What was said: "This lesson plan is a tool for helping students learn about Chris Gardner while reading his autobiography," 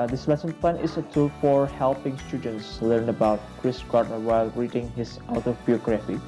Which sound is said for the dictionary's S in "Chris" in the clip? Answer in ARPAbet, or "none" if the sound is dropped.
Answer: S